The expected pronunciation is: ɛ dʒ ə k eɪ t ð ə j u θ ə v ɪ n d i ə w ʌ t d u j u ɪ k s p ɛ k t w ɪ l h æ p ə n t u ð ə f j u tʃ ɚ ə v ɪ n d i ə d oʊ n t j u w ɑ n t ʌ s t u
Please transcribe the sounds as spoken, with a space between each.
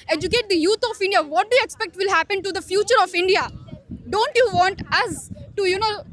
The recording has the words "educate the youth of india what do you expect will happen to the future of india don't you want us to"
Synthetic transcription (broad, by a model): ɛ dʒ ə k eɪ t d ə j u t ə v ɪ n d i ə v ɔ t d u j u ɪ k s p ɛ k t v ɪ l h æ p ə n t u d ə f j u tʃ ɚ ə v ɪ n d i ə d oʊ n t j u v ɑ n t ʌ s t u